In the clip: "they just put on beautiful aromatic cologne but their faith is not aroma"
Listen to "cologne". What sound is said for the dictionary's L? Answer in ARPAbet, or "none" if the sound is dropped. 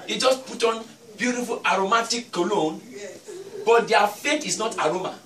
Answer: L